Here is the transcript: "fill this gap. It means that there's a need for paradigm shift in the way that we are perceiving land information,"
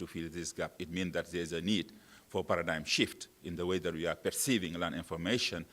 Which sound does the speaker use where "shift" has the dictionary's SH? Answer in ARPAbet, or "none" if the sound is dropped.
SH